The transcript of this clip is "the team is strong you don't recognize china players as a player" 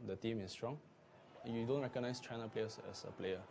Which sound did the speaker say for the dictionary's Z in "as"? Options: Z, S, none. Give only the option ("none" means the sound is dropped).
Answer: S